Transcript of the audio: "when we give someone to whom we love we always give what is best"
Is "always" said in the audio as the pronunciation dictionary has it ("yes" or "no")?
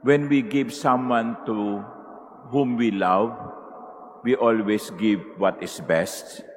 no